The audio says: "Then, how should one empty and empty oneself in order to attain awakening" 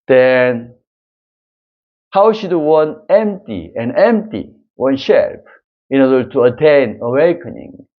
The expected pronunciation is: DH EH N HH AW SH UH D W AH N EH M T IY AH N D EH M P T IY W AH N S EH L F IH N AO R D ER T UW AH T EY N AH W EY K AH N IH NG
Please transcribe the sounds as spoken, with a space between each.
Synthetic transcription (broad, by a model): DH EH N HH AW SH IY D W AH N EH M T IY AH N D EH M P T IY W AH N SH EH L P IH N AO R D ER T UW AH T EY N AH W EY K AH N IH NG